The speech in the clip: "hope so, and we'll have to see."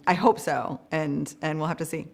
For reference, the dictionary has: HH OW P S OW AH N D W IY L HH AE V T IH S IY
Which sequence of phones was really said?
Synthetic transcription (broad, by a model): HH OW P S OW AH N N W IY L HH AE F T IH S IY